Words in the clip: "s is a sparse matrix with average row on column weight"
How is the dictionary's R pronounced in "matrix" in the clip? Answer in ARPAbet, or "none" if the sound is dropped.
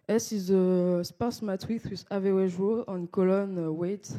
W